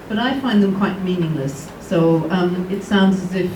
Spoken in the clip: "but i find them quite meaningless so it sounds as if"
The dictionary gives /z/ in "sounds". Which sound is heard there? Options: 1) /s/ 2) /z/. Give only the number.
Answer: 2